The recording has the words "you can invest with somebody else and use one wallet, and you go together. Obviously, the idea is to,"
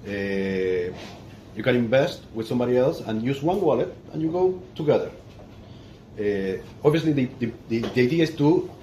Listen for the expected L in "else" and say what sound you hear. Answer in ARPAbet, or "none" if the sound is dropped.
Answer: L